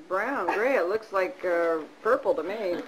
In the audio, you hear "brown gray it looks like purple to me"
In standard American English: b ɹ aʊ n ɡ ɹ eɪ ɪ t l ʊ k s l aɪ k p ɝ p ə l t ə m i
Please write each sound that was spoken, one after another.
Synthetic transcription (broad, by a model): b ɹ aʊ n ɡ ɹ eɪ ɪ t l ʊ k s l aɪ k p ɝ p l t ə m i